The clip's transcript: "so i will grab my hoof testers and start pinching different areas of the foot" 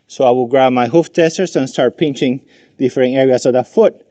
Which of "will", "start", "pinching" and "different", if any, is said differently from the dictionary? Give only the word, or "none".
different